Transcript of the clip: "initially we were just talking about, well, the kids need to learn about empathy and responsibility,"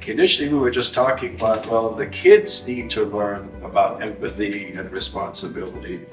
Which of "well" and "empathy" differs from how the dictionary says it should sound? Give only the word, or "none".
none